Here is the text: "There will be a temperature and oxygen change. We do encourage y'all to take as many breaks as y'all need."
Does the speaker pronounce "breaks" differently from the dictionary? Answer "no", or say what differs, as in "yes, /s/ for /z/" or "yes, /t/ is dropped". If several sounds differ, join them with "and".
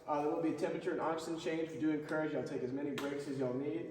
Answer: no